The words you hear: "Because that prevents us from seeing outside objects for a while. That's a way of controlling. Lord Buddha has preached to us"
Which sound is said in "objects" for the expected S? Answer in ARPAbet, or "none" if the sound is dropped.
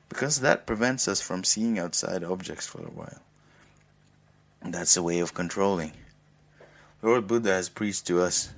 S